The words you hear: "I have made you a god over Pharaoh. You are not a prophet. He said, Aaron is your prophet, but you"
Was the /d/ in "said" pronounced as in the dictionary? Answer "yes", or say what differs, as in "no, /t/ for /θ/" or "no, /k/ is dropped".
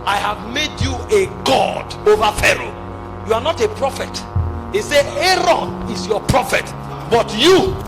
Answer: no, /d/ is dropped